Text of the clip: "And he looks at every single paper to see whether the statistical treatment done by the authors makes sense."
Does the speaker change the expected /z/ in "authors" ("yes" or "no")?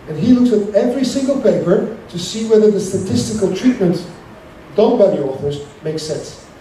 no